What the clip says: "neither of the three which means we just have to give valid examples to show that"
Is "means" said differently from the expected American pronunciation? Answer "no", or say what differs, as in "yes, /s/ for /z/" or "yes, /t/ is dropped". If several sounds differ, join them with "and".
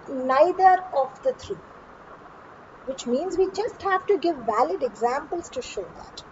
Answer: no